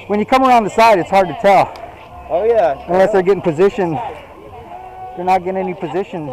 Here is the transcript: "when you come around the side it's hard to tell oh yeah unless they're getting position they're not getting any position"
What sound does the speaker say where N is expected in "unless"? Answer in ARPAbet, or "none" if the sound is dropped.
N